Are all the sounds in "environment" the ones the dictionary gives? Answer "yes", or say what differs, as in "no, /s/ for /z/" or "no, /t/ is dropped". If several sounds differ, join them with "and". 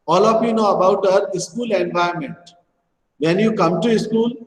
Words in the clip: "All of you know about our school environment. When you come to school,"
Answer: no, /ɹ/ is dropped